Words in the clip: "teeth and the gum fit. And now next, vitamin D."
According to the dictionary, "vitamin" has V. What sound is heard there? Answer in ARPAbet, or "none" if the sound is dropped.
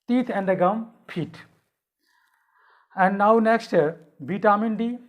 B